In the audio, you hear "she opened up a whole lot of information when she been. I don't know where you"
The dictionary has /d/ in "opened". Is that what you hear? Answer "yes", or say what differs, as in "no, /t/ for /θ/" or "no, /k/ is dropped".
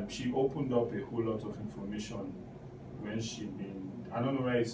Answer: yes